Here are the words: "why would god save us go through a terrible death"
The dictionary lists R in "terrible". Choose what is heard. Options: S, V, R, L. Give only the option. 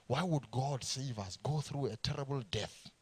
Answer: R